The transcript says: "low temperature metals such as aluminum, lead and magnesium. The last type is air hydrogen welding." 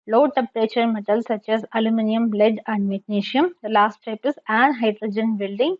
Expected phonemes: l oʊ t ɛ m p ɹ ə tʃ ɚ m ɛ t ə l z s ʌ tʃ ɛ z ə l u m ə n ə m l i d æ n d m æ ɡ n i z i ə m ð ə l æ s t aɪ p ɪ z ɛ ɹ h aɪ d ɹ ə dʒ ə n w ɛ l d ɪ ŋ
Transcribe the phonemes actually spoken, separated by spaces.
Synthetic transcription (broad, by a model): l oʊ t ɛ p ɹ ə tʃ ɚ m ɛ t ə l s ʌ tʃ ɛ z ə l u m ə n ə m l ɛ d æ n d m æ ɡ n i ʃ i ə m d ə l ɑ s t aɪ p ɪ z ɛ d h aɪ d ɹ ə dʒ ə n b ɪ l d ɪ ŋ